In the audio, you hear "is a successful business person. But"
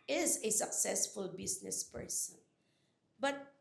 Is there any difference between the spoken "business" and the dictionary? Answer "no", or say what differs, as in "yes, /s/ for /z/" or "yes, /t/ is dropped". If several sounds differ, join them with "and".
yes, /s/ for /z/